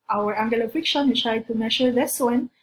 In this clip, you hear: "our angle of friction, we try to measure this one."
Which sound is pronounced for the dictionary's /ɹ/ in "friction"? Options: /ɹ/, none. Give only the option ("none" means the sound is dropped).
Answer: none